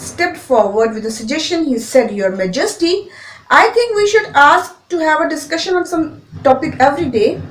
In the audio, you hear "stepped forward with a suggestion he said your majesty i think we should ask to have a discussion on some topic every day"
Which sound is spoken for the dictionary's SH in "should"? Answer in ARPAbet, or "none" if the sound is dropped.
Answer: SH